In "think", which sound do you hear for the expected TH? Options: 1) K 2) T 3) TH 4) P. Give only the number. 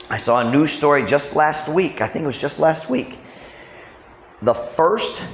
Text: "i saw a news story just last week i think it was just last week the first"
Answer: 3